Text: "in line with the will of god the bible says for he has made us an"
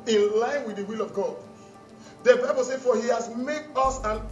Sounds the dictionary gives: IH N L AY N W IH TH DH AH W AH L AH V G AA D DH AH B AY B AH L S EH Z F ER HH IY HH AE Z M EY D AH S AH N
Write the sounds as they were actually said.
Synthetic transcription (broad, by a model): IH N L AY N W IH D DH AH W AH L AH V G AA D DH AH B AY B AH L S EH F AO HH IY HH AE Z M EY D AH S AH N